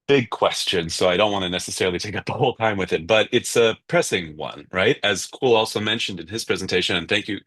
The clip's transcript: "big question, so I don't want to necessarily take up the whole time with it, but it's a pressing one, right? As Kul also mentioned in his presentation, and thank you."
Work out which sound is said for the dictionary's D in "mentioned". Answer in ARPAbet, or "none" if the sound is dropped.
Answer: D